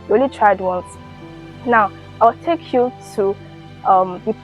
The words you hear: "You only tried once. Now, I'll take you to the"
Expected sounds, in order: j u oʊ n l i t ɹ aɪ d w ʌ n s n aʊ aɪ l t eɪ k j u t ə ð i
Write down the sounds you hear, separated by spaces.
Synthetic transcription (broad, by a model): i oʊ l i t ɹ aɪ d w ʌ n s n aʊ aɪ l t eɪ k j u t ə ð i